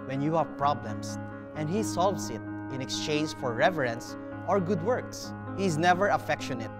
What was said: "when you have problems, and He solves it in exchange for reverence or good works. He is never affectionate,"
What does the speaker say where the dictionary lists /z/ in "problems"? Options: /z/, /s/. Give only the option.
/s/